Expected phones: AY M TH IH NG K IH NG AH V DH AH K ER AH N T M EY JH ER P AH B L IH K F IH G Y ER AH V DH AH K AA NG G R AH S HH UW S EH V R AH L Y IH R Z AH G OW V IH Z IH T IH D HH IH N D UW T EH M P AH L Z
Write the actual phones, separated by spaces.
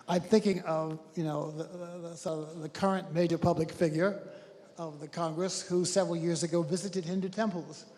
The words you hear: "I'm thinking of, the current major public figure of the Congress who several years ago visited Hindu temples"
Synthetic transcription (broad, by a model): AY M TH IH NG K IH NG AH V DH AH K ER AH N M EY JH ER P AH B L IH K F IH G Y ER AH V DH AH K AA NG G R AH S HH UW S EH V R L Y IH R Z AH G OW V IH Z IH T IH D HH IH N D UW T EH M P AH L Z